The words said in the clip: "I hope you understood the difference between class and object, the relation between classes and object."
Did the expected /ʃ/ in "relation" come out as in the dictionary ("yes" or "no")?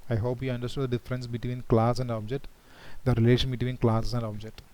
yes